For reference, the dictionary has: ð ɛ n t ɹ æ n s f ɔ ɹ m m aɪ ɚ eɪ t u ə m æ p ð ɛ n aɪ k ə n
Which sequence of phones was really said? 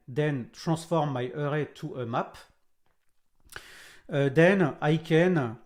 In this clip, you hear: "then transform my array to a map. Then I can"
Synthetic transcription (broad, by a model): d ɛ n t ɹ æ s f ɔ ɹ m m aɪ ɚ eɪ t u ə m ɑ p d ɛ n aɪ k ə n